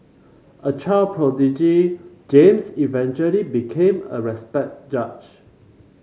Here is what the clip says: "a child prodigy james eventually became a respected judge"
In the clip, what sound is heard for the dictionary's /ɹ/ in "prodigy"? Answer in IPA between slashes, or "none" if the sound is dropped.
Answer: /ɹ/